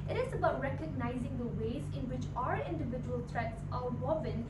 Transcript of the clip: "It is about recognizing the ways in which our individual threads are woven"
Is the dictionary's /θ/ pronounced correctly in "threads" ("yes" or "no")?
no